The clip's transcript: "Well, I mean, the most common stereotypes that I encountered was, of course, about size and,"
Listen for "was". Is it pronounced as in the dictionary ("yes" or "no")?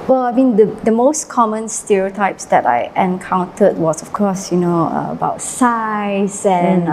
no